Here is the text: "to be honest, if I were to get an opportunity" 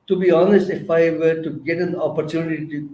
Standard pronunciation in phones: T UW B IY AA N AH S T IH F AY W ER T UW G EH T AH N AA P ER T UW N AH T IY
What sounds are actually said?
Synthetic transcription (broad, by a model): T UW B IY AA N AH S T IH F AY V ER T UW G EH T AH N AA P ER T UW N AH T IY